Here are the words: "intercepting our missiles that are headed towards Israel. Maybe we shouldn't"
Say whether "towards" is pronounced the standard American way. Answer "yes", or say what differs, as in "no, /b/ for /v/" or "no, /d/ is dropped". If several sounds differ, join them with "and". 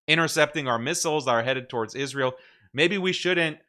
yes